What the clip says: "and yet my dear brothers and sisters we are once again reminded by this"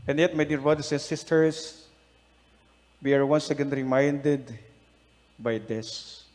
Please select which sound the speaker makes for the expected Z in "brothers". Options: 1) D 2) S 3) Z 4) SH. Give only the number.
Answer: 2